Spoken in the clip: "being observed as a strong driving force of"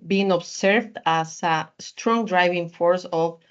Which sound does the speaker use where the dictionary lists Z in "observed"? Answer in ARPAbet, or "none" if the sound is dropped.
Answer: S